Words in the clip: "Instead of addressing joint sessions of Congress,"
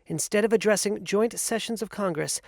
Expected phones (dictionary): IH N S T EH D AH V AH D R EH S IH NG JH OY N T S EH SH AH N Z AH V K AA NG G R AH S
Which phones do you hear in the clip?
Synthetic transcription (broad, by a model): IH N S T EH D AH V AH D R EH S IH NG JH OY N T S EH SH AH N Z AH V K AA NG G R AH S